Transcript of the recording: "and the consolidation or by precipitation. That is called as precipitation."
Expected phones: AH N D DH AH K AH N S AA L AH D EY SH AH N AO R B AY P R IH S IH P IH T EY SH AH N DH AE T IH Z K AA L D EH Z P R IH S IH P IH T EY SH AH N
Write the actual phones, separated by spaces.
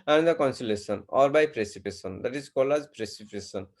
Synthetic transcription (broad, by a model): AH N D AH K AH N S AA L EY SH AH N AO R B AY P R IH S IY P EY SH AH N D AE T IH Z K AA L EH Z P R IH S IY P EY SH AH N